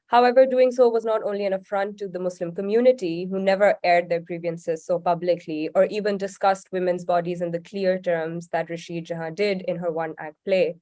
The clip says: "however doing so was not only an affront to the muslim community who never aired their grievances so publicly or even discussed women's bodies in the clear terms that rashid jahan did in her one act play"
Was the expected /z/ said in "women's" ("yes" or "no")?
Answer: yes